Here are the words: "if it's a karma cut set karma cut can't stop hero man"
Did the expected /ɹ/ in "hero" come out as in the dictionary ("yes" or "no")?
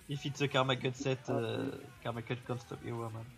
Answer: no